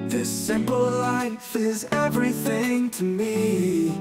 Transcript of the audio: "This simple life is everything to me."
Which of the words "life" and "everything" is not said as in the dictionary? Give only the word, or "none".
none